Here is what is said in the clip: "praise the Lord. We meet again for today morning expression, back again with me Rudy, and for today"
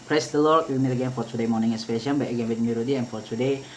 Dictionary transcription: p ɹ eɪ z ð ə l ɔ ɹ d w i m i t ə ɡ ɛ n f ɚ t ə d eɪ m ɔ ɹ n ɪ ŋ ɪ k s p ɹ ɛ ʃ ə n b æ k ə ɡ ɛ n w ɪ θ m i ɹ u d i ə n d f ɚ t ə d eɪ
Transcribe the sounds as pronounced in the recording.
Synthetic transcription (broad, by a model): p ɹ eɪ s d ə l ɔ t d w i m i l ə ɡ ɛ n f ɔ t ə d eɪ m ɔ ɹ n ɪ ŋ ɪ s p ɛ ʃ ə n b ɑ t ə ɡ ɛ n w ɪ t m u ɹ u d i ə n f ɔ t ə d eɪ